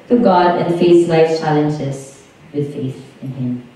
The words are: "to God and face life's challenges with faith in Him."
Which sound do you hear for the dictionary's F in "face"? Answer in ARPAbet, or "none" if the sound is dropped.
F